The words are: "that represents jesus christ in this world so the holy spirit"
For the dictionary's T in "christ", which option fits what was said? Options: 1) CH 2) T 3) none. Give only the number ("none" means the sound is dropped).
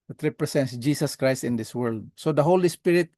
2